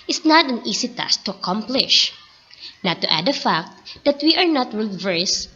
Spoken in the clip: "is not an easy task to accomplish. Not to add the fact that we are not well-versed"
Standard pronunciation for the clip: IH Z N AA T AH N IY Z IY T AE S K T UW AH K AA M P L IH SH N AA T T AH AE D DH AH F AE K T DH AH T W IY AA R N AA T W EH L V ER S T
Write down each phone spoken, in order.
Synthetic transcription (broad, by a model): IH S N AA T AH N IY S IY T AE S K T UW AH K AA M P L IH SH N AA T T AH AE D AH F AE K T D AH T W IY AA R N AA T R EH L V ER S